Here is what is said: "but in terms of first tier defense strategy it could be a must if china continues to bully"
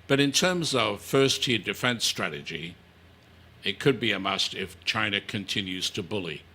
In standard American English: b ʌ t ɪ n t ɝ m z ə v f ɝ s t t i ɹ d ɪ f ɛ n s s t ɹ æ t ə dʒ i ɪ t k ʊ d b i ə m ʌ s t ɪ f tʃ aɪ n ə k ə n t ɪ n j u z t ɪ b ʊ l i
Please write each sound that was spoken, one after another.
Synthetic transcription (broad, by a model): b ʌ t ɪ n t ɝ m z ə v f ɝ s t t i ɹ d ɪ f ɛ n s s t ɹ æ t ə dʒ i ɪ t k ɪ d b i ə m ʌ s t ɪ f tʃ aɪ n ə k ə n t ɪ n j u z t ɪ b ʊ l i